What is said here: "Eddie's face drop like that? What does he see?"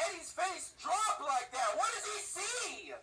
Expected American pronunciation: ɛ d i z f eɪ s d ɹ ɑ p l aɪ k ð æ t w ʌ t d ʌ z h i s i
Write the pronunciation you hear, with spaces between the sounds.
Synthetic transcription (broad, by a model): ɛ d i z f eɪ s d ɹ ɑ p l aɪ k ð æ t w ʌ t d ʌ z i s i